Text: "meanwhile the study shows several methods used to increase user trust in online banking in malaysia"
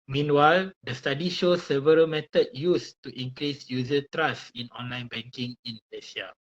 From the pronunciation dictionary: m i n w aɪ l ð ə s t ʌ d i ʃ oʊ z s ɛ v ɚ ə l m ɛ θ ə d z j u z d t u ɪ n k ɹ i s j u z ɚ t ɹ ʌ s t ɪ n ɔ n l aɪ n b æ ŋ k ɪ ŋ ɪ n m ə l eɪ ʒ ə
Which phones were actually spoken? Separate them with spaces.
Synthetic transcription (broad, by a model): m i n w aɪ l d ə s t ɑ d i ʃ oʊ s ɛ v ɚ ə l m ɛ t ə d j u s t u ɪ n k ɹ i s j u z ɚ t ɹ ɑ s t ɪ n ɔ n l aɪ n b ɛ ŋ k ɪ ŋ ɪ n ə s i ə